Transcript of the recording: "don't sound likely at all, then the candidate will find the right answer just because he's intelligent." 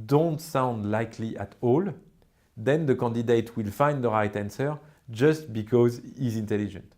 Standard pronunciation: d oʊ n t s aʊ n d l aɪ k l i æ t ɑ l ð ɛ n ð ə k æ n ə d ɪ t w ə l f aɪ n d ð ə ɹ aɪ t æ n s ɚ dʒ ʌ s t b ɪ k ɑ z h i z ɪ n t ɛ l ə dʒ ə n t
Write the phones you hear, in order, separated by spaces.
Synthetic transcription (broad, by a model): d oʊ n t s aʊ n d l aɪ k l i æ t ɑ l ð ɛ n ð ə k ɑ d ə d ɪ t w ə l f aɪ n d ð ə ɹ aɪ t æ n s ɚ dʒ ʌ s t b ɪ k ɑ z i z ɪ n t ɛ l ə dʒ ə n t